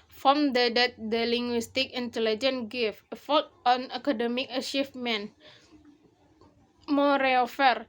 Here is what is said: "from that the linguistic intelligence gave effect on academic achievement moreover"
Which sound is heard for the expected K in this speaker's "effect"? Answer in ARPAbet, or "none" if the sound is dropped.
none